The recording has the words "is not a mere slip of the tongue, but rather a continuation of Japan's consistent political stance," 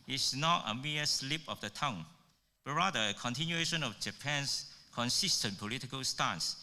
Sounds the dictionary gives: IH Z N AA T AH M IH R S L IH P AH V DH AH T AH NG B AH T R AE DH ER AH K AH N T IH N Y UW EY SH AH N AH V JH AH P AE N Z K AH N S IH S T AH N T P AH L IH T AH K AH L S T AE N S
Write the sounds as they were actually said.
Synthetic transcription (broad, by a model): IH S N AA T AH M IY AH S L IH P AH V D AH T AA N B AH T R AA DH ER AH K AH N T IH N Y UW EY SH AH N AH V JH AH P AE N S K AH N S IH S T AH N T P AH L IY T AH K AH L S T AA N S